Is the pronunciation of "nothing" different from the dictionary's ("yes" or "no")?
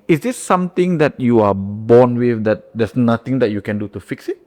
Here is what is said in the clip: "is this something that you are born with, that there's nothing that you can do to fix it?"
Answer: yes